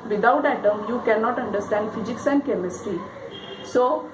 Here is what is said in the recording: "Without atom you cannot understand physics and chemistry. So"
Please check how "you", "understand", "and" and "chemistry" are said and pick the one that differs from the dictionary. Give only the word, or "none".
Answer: chemistry